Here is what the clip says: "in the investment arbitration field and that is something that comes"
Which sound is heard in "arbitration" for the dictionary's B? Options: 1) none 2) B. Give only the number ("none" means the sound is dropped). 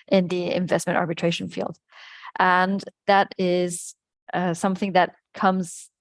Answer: 2